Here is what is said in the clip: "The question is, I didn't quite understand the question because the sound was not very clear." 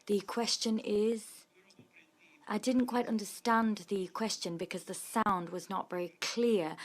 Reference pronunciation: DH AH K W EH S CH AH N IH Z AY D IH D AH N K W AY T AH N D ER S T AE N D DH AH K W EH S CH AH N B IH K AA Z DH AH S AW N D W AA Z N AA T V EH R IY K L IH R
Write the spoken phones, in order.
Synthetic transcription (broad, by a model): DH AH K W EH S CH AH N IH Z AY D IH D N K W AY T AH N D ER S T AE N DH AH K W EH S CH AH N B IH K AA Z DH AH S AW N D W AA Z N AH T V EH R IY K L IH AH